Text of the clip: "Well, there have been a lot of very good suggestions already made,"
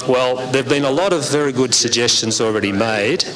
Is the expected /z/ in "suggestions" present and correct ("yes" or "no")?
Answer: yes